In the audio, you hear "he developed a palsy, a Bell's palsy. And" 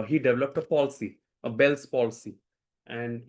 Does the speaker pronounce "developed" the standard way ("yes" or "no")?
yes